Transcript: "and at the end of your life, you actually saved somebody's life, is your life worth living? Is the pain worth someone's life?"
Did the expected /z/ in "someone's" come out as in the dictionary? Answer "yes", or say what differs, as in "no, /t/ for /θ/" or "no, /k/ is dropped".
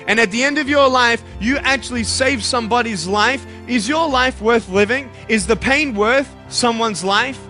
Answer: yes